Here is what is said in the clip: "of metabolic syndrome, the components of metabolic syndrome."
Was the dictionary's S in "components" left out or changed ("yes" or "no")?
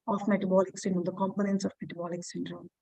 no